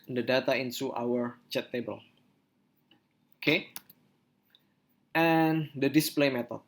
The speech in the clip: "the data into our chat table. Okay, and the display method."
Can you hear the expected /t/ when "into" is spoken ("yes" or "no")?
no